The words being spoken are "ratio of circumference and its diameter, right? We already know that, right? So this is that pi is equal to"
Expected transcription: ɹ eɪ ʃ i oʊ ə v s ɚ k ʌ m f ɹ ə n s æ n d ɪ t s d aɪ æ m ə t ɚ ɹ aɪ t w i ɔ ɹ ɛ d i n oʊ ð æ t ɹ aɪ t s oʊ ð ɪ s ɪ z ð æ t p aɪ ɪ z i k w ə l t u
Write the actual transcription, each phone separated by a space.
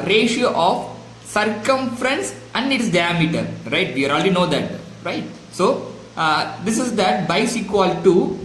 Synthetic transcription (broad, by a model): ɹ eɪ ʃ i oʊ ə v s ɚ k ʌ m f ɹ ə n s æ n d ɪ t s d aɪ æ m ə t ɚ ɹ aɪ t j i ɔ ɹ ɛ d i n oʊ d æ t ɹ aɪ t s oʊ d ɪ s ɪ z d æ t b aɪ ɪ s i k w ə l t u